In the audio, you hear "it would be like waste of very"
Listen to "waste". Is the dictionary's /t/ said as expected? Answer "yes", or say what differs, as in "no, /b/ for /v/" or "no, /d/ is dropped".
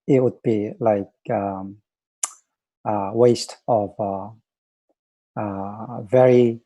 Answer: yes